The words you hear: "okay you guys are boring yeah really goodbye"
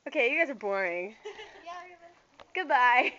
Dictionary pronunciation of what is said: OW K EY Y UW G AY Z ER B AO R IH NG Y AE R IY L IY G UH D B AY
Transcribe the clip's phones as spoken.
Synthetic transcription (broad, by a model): OW K EY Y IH G AY Z ER B AO R IH NG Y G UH D B AY